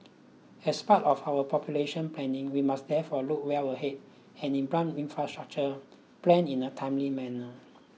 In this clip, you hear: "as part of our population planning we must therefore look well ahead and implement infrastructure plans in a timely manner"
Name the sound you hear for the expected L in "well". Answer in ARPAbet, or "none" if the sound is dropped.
W